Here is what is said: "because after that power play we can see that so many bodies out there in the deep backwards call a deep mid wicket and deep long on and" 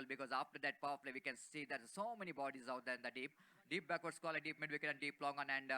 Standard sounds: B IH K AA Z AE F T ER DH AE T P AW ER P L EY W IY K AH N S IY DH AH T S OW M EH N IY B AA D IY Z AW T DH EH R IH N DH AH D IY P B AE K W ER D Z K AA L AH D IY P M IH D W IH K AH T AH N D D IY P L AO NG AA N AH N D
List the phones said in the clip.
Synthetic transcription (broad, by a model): B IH K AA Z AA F T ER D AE T P AW ER F L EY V IY K AH N S IY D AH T S OW M EH N IY B AA D IY Z AW T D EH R IH N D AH D IY P B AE K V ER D S K AA L AH D IY P M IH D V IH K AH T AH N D D IY P L AO NG AA N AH N D